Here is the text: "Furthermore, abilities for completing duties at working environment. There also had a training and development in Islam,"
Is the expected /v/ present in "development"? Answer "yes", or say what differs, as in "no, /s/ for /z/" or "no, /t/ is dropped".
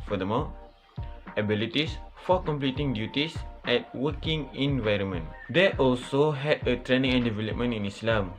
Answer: yes